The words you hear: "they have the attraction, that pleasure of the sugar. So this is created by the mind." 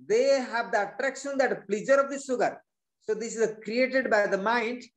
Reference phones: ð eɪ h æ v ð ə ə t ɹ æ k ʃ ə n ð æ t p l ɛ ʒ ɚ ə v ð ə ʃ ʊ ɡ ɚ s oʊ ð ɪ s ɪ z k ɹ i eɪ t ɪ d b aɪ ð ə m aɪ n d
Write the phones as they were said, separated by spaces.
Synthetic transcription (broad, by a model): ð eɪ h æ v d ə ə t ɹ æ k ʃ ə n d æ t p l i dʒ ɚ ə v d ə s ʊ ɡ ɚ s oʊ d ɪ s ɪ z k ɹ i eɪ t ɪ d b aɪ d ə m aɪ n d